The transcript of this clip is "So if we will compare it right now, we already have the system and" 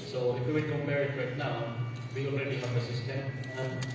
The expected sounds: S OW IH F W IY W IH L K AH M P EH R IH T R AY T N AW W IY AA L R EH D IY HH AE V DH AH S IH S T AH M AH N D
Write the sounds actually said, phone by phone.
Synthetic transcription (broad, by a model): S OW IH F W IY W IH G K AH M EH R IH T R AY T N AW W IY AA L R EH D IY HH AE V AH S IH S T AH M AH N